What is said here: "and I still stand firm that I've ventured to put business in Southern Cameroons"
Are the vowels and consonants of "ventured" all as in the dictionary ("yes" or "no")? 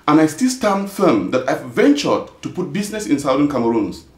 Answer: yes